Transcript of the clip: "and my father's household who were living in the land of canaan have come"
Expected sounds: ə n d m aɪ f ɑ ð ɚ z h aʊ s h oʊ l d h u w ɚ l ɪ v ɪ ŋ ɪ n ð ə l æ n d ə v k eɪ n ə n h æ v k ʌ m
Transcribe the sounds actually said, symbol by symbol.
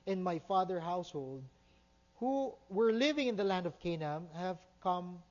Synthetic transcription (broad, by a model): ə n m aɪ f ɑ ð ɚ h aʊ s h oʊ l d h u w ɚ l ɪ v ɪ ŋ ɪ n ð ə l æ n d ə v k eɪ n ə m h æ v k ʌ m